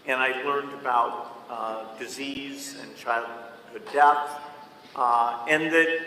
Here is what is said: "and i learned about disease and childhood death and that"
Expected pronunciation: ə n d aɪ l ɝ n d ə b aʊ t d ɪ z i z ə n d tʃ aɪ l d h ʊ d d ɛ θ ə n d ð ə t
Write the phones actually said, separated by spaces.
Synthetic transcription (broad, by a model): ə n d aɪ l ɝ n d ə b aʊ t d ɪ z i z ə n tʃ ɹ aɪ l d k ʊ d d ɛ θ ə n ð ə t